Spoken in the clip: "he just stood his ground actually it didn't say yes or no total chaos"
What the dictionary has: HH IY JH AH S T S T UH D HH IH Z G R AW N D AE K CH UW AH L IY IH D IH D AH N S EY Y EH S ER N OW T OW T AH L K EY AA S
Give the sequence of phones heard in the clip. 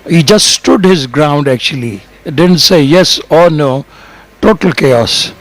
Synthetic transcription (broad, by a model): HH IY JH AH S T S T UH D HH IH Z G R AW N D AE K CH UW AH L IY D IH D AH N S EY Y EH S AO N OW T OW T AH L K EY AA S